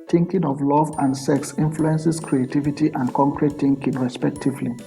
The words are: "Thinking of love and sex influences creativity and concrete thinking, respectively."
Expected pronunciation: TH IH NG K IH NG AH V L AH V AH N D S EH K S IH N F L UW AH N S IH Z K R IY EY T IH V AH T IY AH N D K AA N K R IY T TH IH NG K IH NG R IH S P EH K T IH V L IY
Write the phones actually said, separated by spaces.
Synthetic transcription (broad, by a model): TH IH NG K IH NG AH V L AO V AH N D S EH K S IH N F L UW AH N S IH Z K R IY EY T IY V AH T IY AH N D K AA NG K R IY T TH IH NG K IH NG R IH S P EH K T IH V L IY